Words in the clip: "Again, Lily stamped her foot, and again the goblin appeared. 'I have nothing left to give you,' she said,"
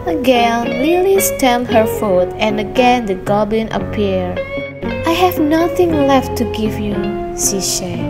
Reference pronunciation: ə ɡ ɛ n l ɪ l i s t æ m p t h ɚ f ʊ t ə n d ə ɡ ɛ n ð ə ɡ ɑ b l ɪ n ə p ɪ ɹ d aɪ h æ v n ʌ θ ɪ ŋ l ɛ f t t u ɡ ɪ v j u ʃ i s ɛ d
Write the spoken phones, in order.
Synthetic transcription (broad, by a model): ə ɡ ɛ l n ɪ l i s t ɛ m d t h ɚ f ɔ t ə n ə ɡ ɛ n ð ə ɡ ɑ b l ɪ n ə p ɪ ɹ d aɪ h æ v n ʌ θ ɪ ŋ l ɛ f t t u ɡ ɪ v j u s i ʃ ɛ